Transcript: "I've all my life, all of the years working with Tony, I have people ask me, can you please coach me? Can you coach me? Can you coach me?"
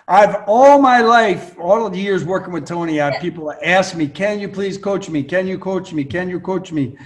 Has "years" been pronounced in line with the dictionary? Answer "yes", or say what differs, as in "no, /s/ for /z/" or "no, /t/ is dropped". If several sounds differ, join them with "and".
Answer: yes